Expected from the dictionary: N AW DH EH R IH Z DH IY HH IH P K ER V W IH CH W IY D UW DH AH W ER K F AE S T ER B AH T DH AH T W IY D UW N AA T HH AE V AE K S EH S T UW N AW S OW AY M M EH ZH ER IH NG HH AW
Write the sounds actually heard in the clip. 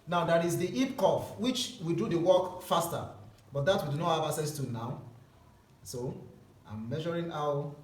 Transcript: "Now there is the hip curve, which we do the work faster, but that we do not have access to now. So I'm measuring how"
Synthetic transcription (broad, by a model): N AW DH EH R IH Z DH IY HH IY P K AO F W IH CH W IY D UW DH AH W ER K F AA S T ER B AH T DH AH T W IY D UW N AA T HH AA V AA S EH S T UW N AW S OW AY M M EH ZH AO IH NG AW